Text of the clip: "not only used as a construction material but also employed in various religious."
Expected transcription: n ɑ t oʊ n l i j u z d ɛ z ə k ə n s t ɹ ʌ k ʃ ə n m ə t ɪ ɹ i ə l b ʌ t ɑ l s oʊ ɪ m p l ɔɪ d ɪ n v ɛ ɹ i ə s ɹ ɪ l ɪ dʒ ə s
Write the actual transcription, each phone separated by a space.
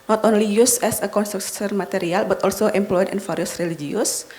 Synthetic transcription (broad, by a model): n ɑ t oʊ n l i j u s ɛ s ə k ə n s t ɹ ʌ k s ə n m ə t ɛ ɹ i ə l b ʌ t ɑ l s oʊ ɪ m p l ɔɪ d ɪ n f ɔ ɹ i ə s ɹ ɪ l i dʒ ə s